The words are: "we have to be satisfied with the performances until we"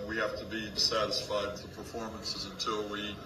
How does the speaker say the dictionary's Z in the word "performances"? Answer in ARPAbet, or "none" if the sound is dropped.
Z